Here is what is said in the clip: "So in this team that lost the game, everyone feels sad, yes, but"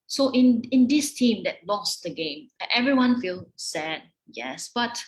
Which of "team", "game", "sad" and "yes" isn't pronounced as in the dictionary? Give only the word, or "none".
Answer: none